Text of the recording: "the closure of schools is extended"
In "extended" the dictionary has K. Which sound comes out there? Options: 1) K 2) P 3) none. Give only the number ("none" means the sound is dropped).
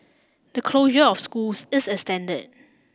3